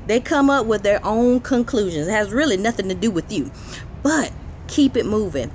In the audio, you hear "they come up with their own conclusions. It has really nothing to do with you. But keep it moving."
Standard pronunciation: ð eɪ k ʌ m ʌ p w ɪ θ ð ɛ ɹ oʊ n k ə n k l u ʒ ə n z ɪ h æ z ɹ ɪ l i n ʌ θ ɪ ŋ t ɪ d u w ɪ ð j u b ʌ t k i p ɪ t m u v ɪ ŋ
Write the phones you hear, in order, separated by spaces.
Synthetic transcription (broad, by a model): ð eɪ k ʌ m ʌ p w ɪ ð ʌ ɹ oʊ n k ə n k l u ʒ ə n z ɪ h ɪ z ɹ ɪ l i n ʌ θ ɪ ŋ t ɪ d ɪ w ɪ ð j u b ʌ t k i p ɪ t m u v ɪ ŋ